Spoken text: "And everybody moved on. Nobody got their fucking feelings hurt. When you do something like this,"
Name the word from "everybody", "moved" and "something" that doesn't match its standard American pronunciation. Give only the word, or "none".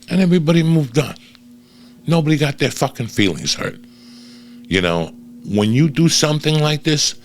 none